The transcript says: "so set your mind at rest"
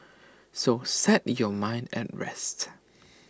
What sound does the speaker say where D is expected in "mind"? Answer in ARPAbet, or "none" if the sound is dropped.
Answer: D